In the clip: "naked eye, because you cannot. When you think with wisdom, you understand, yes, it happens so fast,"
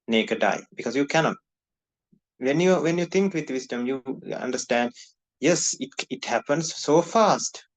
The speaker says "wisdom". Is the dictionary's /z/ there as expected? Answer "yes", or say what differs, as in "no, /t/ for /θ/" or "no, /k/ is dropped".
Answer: no, /s/ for /z/